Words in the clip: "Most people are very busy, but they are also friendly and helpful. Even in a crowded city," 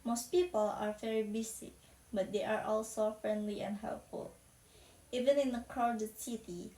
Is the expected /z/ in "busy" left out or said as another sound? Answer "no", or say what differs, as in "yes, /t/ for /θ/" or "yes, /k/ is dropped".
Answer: yes, /s/ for /z/